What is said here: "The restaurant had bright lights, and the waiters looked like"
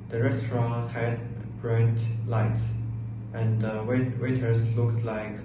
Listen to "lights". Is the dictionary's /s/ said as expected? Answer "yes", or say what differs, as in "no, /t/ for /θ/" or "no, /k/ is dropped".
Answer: yes